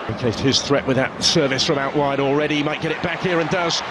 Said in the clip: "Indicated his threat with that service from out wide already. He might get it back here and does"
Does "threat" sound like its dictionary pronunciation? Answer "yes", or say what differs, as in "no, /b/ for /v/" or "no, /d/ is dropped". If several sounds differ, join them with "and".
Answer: yes